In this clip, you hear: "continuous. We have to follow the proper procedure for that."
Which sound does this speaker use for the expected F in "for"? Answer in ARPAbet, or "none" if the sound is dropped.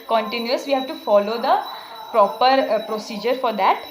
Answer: F